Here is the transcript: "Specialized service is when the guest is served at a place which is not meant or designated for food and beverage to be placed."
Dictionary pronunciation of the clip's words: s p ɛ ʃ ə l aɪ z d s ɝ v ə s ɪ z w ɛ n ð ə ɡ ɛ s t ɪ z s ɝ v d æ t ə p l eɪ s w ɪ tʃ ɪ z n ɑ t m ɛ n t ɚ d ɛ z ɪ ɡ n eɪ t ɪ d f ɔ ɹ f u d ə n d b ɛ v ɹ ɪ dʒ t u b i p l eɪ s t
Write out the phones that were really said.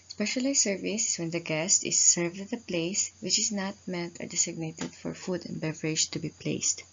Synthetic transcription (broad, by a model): s p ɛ ʃ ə l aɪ s ɝ v ə s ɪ s w ɛ n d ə ɡ ɛ s t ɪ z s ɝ v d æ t ə p l eɪ s w ɪ tʃ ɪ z n ɑ t m ɛ n t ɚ d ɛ s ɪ ɡ n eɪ t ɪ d f ɔ ɹ f u d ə n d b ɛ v ɹ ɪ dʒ t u b i p l eɪ s t